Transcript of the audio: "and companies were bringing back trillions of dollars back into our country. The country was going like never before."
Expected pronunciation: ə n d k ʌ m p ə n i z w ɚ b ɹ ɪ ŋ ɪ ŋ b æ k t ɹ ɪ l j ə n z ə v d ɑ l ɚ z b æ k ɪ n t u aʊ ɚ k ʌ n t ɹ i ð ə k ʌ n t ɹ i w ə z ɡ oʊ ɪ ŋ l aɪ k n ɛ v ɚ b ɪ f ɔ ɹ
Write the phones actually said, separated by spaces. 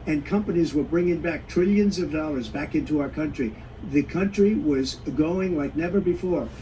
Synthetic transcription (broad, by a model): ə n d k ʌ m p ə n i z w ɚ b ɹ ɪ ŋ ɪ ŋ b æ k t ɹ ɪ l j ə n z ə v d ɑ l ɚ z b æ k ɪ n t u aʊ ɚ k ʌ n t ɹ i ð ə k ʌ n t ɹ i w ə z ɡ oʊ ɪ ŋ l aɪ k n ɛ v ɚ b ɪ f ɔ ɹ